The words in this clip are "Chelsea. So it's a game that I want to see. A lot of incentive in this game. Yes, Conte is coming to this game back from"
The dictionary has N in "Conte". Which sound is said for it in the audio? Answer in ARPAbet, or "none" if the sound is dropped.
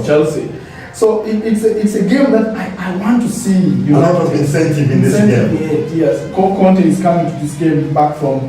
N